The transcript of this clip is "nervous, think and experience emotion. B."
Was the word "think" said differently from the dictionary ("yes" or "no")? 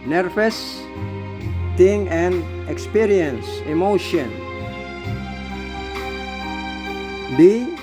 yes